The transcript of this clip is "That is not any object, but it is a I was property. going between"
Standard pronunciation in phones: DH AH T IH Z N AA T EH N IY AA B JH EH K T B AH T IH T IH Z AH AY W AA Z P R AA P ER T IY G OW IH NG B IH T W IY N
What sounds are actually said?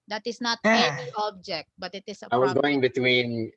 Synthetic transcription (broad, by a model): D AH T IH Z N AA T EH IY AA B JH EH K T B AH T IH T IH S AH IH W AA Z G OW IH NG B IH T W IY N